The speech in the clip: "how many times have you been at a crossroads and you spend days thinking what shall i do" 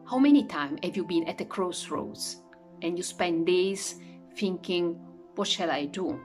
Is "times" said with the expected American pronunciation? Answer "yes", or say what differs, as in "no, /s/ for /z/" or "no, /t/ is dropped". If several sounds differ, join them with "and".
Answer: no, /z/ is dropped